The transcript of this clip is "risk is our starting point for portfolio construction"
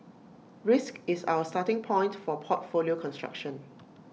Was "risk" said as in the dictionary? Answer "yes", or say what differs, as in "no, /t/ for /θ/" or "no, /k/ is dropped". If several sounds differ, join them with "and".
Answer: yes